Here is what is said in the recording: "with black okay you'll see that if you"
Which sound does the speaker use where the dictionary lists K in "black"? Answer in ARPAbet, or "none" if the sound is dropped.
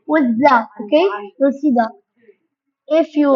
none